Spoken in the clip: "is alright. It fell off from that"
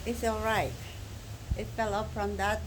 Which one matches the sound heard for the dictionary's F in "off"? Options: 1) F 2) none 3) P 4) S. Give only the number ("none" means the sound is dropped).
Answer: 3